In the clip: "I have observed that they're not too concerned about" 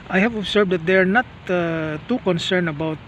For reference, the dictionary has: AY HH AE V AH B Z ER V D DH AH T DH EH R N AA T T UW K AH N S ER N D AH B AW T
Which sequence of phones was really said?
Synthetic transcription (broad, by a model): AY HH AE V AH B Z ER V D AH T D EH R N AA T T UW K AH N S ER N AH B AW T